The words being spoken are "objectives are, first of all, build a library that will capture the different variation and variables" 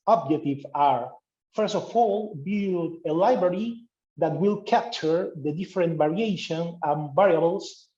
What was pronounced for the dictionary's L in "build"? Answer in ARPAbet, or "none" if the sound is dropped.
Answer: none